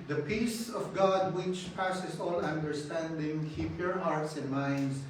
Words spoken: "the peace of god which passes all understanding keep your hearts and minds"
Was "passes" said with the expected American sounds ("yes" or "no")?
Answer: no